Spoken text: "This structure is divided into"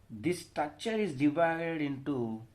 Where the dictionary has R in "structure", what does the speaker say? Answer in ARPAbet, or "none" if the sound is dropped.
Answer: none